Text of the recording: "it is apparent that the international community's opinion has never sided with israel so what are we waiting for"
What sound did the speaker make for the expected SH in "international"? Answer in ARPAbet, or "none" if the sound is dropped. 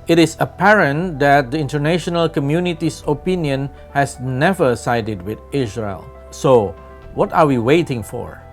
SH